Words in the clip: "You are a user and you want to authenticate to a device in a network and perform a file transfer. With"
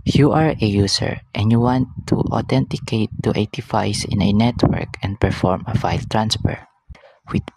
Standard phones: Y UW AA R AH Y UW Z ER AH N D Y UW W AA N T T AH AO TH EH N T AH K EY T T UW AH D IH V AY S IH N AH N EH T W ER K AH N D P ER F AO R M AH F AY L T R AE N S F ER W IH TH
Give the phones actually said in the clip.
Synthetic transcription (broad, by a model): Y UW AA R AH Y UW S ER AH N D Y UW W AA N T T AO T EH N T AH K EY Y T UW AH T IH F AY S IH N AH N EH T W ER K AH N D P ER F AO R M AH F AY L T R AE N S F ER W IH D